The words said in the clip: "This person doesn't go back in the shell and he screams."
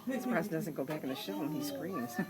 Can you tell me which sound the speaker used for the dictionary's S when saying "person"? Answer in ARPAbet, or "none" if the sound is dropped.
none